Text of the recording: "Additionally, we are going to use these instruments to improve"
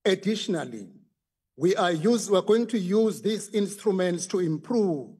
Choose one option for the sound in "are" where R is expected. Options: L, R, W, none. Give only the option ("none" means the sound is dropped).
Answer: W